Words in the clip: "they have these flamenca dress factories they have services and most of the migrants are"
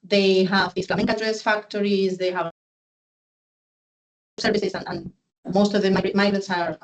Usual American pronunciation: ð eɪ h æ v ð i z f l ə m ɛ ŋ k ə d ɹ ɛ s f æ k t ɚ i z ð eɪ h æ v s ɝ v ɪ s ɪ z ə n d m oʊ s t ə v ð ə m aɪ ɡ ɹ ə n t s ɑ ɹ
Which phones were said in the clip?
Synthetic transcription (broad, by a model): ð eɪ h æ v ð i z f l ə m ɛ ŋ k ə d ɹ ɛ s f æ k t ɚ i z ð eɪ h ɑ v s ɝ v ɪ s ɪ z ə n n m oʊ s t ə v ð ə m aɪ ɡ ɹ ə t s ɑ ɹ